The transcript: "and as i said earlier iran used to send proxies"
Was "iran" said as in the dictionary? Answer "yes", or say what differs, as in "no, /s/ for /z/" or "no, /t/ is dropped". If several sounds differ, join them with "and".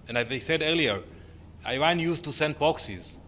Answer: no, /w/ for /ɹ/